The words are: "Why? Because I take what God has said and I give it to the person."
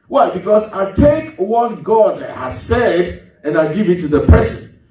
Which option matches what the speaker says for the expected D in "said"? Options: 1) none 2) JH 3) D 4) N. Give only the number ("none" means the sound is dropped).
3